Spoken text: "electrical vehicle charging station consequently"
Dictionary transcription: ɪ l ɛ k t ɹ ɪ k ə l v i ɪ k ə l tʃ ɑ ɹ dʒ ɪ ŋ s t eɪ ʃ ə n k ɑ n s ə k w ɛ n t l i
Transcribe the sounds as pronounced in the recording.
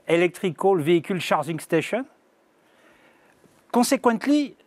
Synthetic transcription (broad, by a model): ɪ l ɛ k t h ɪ k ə l v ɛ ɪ k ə l ʃ ɑ ɹ ʒ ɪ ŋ s t eɪ ʃ ə n k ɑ s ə k w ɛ n t l i